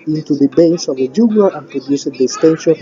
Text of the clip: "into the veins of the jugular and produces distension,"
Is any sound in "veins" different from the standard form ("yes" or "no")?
yes